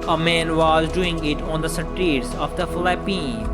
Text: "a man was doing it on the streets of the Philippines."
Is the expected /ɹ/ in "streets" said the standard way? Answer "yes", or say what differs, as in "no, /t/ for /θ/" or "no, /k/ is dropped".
no, /ɹ/ is dropped